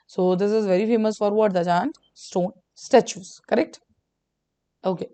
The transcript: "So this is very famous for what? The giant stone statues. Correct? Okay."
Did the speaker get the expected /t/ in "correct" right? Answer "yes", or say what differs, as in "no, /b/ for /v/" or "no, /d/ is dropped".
yes